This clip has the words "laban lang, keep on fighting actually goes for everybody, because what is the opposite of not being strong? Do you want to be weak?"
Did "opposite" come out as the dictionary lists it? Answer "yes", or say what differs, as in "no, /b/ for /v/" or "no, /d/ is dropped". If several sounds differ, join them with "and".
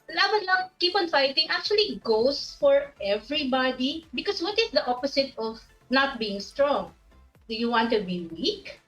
no, /s/ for /z/